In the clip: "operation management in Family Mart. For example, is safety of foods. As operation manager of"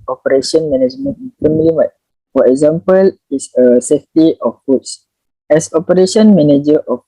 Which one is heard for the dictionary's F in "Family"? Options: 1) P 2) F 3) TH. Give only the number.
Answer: 1